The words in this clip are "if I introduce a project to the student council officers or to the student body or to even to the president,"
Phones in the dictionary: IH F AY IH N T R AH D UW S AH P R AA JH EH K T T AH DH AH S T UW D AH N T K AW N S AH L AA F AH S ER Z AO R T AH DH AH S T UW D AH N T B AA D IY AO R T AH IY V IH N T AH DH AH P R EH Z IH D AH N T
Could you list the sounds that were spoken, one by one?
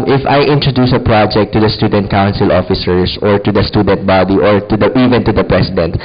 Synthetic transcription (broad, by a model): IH F AY IH N T R AH D UW S AH P R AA JH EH K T T AH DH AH S T UW D AH N T K AW N S AH L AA F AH S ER S AO R T AH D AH S T UW D AH N T B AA D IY AO R T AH IY V IH N T AH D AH P R EH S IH D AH N T